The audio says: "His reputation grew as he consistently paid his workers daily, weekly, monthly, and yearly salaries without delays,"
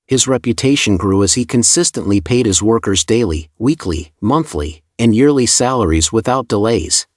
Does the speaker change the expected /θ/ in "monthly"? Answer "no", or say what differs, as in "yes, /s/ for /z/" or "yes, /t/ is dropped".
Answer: no